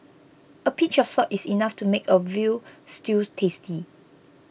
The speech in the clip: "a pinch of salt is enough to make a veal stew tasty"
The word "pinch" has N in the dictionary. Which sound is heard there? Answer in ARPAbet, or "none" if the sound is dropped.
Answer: none